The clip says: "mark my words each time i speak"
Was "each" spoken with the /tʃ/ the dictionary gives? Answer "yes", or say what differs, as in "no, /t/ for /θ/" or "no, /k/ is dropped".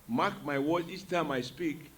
no, /s/ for /tʃ/